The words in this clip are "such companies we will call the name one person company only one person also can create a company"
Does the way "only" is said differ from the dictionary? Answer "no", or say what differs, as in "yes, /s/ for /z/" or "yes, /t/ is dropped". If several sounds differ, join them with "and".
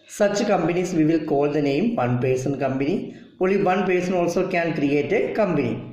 yes, /n/ is dropped